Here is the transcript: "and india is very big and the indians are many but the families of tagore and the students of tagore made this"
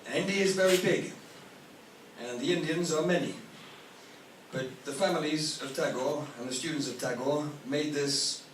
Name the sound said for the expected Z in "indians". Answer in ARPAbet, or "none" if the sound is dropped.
Z